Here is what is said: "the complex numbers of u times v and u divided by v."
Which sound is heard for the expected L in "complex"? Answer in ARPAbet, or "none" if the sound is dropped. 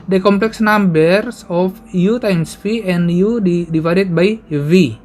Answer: L